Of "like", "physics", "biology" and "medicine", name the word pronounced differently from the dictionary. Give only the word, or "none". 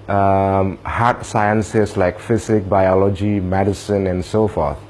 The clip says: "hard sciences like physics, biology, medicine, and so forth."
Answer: physics